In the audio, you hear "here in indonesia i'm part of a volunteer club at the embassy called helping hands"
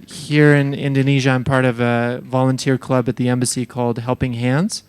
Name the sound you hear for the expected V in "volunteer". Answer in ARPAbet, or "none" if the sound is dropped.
V